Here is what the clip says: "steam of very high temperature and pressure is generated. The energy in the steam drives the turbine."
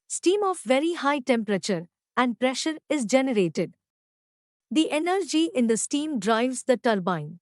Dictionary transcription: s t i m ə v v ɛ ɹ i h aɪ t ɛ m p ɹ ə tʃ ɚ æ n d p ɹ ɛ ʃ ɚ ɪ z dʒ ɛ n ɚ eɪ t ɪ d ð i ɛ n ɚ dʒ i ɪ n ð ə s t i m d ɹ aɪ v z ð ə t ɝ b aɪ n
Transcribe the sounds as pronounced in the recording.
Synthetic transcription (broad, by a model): s t i m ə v v ɛ ɹ i h aɪ t ɛ m p ɹ ə tʃ ɚ æ n d p ɹ ɛ ʃ ɚ ɪ z dʒ ɛ n ɚ eɪ t ɪ d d i ɛ n ɚ dʒ i ɪ n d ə s t i m d ɹ aɪ v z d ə t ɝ b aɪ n